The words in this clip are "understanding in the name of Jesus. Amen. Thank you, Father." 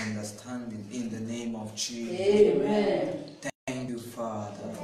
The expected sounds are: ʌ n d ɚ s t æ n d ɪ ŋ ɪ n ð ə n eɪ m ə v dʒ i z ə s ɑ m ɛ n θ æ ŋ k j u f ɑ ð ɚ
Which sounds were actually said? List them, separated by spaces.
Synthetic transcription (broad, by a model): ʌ n d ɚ s t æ n d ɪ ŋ ɪ n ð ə n eɪ m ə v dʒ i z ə ɑ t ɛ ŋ k j u f ɑ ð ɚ